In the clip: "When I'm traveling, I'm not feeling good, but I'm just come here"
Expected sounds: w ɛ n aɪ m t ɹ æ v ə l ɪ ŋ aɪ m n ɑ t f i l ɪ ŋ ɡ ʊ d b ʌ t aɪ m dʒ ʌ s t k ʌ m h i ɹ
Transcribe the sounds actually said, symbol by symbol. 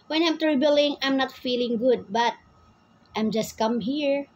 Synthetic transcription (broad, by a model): w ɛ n aɪ m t ɹ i b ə l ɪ ŋ aɪ m n ɑ t f i l ɪ ŋ ɡ ʊ d b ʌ t aɪ m dʒ ʌ s t k ʌ m h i ɹ